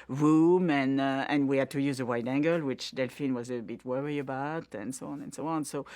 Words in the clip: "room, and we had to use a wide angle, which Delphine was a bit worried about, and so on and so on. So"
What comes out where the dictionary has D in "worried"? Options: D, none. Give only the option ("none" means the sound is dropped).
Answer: none